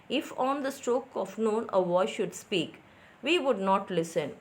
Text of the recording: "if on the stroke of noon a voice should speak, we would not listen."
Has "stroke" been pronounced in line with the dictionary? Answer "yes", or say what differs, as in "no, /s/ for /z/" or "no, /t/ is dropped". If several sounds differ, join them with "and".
yes